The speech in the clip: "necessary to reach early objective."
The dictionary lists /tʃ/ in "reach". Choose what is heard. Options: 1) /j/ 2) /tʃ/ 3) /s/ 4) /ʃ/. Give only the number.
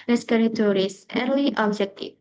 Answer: 3